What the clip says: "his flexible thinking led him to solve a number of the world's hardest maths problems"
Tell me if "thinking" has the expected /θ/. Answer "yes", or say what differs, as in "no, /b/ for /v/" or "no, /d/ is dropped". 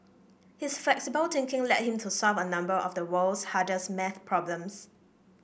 no, /t/ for /θ/